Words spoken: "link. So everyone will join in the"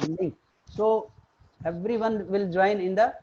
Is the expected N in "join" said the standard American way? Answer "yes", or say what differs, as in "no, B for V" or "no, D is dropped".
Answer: yes